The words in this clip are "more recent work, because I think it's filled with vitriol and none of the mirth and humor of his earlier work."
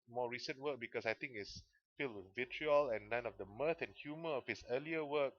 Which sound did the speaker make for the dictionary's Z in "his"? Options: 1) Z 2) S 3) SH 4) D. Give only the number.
2